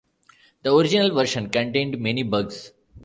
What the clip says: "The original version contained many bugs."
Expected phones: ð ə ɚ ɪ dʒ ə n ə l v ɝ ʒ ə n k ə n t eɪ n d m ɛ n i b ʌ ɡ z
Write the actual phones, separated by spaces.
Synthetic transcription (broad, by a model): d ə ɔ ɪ dʒ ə n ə l v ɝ ʃ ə n k ə n t eɪ n d m ɛ n i b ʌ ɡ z